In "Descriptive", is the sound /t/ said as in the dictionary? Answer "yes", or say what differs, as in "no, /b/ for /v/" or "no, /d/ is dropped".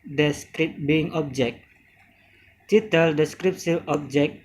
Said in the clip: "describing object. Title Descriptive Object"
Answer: no, /s/ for /t/